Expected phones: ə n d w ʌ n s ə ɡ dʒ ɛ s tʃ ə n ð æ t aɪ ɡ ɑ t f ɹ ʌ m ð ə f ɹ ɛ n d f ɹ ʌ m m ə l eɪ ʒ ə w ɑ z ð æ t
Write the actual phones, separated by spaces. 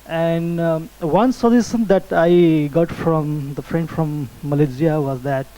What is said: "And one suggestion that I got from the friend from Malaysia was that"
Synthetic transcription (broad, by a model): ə n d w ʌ n s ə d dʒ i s ə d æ t aɪ ɡ ɑ t f ɹ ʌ m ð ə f ɹ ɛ n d f ɹ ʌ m m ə l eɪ z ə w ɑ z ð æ t